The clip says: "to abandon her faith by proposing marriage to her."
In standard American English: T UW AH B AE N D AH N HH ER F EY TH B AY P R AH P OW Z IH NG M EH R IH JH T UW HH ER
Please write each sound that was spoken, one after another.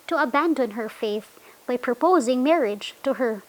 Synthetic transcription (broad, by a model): T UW AH B AE N D AH N HH ER F EY TH B AY P R AH P OW Z IH NG M EH R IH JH T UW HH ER